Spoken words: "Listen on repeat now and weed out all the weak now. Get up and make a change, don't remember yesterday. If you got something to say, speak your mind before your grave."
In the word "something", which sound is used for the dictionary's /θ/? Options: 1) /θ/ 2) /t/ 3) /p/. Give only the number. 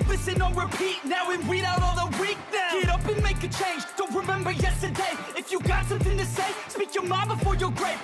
1